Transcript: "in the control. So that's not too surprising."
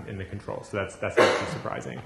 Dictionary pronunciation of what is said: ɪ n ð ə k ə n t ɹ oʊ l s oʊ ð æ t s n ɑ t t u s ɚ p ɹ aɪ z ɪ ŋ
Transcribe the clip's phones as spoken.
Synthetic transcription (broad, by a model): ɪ n ð ə k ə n t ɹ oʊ l s oʊ ð æ t s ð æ t s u s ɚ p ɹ aɪ z ɪ ŋ